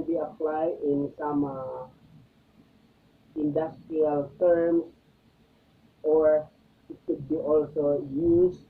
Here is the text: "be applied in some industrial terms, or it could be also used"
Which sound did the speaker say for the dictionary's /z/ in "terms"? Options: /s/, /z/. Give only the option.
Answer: /s/